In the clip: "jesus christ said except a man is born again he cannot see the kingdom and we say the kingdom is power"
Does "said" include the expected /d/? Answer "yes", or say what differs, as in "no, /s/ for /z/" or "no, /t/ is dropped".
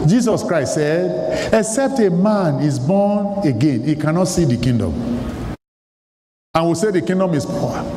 yes